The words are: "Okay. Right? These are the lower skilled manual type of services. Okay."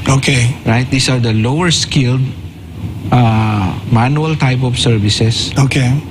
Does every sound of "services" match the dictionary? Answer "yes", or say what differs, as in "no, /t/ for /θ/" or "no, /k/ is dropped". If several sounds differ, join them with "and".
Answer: no, /s/ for /z/